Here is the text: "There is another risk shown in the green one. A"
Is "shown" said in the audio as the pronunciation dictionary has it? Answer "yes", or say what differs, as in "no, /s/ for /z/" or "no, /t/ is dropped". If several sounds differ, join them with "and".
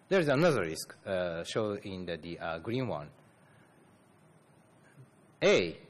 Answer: no, /n/ is dropped